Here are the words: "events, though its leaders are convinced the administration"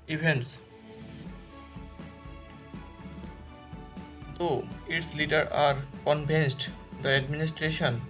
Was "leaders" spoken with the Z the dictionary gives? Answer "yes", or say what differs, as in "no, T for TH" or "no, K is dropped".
no, Z is dropped